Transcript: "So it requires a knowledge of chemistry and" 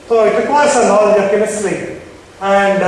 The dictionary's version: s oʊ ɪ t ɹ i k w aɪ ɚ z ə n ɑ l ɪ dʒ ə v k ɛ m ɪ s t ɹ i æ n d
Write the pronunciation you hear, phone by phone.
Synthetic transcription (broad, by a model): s oʊ ɪ t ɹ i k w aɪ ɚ s ə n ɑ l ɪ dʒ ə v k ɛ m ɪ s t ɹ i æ n d